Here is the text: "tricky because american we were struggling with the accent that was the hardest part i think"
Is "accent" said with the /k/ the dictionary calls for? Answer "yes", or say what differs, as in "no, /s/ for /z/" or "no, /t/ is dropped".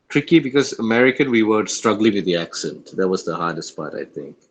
yes